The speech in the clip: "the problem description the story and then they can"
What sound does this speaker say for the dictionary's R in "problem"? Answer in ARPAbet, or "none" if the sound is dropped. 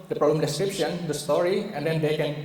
R